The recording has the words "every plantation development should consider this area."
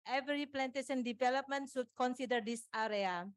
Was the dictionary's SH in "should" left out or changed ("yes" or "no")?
yes